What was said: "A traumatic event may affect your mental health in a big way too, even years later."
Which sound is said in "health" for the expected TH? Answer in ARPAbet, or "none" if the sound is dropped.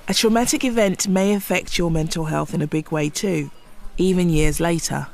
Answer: TH